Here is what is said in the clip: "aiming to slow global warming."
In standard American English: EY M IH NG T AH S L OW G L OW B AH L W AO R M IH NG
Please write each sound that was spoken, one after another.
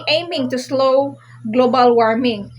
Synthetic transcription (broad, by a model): EY M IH NG T AH S L OW G L OW B AH L W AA R M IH NG